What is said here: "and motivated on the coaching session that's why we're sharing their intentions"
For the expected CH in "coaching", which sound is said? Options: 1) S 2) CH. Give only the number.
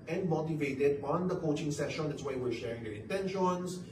2